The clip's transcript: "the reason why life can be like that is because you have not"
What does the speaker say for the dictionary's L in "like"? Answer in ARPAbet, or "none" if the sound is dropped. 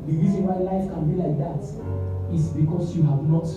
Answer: L